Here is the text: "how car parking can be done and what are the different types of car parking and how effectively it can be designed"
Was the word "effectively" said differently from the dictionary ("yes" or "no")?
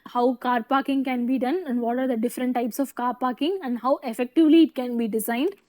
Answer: no